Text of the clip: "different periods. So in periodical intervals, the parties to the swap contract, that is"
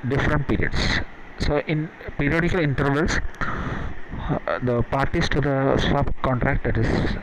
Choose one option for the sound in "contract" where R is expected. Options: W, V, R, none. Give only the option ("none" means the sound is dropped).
R